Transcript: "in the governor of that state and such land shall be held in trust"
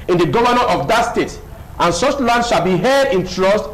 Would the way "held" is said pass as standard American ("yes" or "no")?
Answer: no